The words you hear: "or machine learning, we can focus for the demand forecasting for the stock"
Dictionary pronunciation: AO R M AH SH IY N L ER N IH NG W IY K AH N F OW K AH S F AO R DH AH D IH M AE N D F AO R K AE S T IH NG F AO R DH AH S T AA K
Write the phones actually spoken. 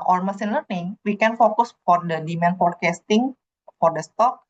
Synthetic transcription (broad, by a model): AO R M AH S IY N L ER N IH NG W IY K AH N F OW K AH S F AO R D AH D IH M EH N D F AO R K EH S T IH NG F AO R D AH S T AA K